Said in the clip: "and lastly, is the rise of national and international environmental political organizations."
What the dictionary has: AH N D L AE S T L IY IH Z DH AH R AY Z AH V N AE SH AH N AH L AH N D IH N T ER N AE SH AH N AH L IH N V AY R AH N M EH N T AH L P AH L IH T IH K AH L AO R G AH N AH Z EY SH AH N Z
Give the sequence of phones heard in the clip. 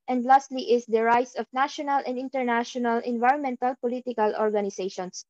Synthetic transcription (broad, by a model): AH N D L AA S T L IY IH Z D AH R AY S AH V N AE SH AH N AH L AH N D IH N T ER N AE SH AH N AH L IH N V AY R AH N M EH N T AH L P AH L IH T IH K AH L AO R G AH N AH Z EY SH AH N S